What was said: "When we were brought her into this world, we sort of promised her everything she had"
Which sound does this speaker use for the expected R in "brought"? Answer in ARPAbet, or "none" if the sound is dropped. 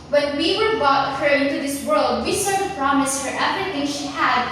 none